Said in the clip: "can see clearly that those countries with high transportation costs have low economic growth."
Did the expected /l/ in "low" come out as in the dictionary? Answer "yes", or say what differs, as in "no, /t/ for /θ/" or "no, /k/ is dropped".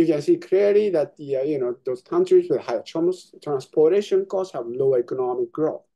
no, /n/ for /l/